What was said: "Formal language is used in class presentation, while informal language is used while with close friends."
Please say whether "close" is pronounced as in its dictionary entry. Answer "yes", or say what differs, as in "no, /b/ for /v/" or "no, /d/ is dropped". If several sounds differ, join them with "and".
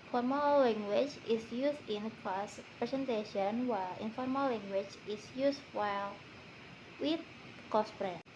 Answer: no, /l/ is dropped